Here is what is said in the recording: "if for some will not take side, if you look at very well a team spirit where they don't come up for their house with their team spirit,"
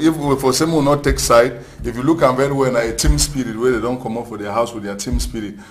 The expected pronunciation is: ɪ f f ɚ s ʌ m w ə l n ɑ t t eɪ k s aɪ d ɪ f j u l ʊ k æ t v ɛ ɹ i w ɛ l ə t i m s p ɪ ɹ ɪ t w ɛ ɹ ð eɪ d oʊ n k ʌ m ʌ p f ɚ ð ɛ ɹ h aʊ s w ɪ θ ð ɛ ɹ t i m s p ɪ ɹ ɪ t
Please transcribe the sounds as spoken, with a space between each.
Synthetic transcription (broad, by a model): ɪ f f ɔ s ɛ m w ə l n ɑ t t eɪ k s aɪ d ɪ f j u l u k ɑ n v ɛ ɹ i w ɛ n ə t i m s p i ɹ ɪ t w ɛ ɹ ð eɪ d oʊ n k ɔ m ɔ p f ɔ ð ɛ h aʊ s w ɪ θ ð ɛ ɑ t i m s p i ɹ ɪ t